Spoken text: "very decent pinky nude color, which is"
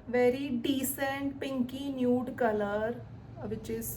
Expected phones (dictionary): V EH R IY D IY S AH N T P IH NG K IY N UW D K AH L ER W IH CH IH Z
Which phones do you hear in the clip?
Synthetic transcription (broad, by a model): V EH R IY D IY S AH N T P IH NG K IY N UW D K AH L ER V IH CH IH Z